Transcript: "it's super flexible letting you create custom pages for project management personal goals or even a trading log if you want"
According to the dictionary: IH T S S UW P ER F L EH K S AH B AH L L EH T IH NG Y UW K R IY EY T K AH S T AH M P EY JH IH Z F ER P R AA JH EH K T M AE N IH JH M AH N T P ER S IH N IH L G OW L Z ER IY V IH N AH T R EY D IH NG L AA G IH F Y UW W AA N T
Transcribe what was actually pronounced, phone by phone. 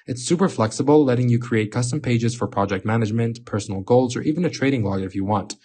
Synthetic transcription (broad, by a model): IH T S S UW P ER F L EH K S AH B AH L L EH T IH NG Y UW K R IY EY T K AH S T AH M P EY JH IH Z F ER P R AA JH EH K T M AE N IH JH M AH N T P ER S N L G OW L Z ER IY V IH N AH T R EY D IH NG L AA G IH F Y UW W AA N T